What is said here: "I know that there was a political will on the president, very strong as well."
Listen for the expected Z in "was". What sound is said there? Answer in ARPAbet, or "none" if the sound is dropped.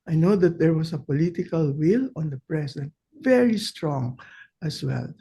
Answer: S